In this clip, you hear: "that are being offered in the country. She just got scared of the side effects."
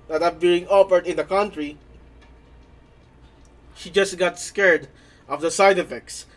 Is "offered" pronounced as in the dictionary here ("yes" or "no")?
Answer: no